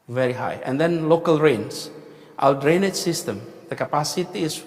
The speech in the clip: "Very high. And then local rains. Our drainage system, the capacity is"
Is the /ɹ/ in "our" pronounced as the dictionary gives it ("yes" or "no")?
no